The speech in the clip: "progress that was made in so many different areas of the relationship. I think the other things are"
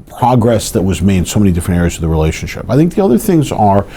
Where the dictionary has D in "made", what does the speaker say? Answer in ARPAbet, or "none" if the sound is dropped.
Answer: none